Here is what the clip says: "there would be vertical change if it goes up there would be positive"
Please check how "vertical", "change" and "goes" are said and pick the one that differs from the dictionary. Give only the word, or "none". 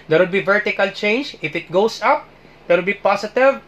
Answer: goes